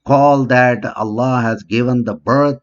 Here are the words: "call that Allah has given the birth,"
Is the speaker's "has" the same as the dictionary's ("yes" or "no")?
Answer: yes